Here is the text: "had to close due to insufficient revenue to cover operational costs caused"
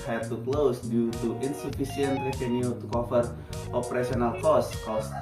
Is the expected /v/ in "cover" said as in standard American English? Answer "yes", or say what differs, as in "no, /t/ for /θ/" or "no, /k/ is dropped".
no, /f/ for /v/